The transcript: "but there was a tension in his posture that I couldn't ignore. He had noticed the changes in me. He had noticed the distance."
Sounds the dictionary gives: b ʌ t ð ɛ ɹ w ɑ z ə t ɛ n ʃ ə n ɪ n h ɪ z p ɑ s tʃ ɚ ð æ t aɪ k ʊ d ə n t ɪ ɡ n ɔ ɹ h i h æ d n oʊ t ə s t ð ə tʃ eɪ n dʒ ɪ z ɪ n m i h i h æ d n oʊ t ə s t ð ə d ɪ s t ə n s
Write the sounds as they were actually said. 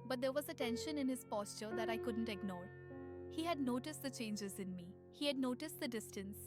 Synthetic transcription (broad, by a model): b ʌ t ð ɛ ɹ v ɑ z ə t ɛ n ʃ ə n ɪ n h ɪ z p ɑ s tʃ ɚ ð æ t aɪ k ʊ d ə n t ɪ ɡ n ɔ ɹ h i h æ d n oʊ t ə s t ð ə tʃ eɪ n dʒ ɪ z ɪ n m i h i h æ d n oʊ t ə s t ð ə d ɪ s t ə n s